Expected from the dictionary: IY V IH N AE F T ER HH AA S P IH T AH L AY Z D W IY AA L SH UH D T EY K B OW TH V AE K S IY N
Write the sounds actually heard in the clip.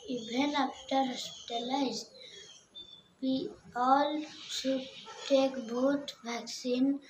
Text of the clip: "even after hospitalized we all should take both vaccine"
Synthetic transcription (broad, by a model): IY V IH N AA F T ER HH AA S P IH T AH L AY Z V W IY AA L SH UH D T EY K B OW T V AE K S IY N